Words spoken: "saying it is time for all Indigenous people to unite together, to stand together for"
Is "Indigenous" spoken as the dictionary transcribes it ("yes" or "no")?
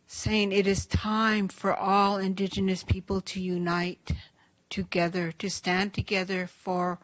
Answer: yes